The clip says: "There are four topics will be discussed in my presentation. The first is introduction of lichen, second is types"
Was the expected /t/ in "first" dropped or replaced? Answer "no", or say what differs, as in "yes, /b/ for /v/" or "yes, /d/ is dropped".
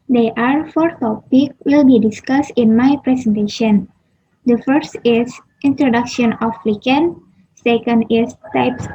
no